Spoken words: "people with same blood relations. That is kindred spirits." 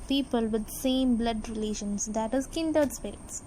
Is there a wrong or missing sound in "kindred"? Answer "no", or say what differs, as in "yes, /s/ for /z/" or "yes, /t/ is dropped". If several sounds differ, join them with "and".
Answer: yes, /ɹ/ is dropped